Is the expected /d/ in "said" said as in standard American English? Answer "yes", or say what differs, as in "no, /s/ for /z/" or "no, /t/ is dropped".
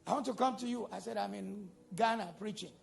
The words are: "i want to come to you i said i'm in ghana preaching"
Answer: yes